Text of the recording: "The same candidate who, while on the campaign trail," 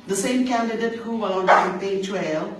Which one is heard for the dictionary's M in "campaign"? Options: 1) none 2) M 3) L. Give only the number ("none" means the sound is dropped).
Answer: 1